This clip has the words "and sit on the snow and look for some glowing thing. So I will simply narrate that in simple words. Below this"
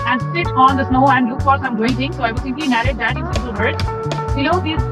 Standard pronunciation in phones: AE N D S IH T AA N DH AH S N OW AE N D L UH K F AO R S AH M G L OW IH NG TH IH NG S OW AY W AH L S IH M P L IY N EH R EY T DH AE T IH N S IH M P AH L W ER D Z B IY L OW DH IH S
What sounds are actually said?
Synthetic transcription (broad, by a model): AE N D S IH T AA N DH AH S N OW AE N D L UH K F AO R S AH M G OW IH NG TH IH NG S OW AY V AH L S IH M P L IY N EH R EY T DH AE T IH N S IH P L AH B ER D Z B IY OW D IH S